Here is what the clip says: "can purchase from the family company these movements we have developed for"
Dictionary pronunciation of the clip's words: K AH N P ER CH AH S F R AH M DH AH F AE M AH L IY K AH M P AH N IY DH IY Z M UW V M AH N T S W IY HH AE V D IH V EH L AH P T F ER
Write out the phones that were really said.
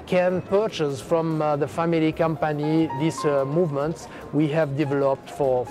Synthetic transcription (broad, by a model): K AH N P ER CH AH S F R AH M DH AH F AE M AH L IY K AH M P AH N IY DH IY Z M UW V M AH N T S W IY HH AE V D IH V EH L AH P T F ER